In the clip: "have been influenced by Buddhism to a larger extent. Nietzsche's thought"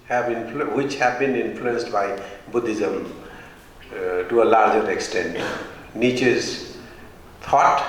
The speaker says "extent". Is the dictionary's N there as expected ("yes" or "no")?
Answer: yes